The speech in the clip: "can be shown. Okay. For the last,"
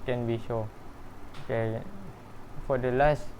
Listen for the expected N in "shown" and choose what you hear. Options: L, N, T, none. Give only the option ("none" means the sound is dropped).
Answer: none